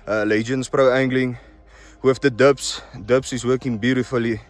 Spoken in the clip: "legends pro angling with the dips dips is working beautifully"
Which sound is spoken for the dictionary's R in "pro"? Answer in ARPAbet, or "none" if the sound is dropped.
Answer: R